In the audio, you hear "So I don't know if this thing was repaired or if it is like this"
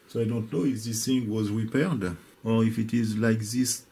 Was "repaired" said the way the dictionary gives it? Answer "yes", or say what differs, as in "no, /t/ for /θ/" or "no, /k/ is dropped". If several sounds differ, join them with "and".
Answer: yes